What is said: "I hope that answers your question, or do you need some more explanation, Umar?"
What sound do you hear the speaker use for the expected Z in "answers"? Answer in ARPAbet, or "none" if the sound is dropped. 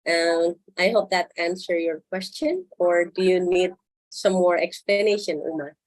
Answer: none